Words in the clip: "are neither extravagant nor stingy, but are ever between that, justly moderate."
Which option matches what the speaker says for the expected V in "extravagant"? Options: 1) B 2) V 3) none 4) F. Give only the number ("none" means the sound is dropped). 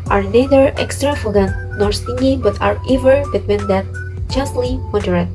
4